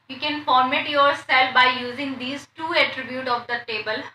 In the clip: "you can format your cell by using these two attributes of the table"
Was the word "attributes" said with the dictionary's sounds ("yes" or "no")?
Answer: no